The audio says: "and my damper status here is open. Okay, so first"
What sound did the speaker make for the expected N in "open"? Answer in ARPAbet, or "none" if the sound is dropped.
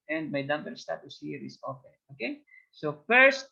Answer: none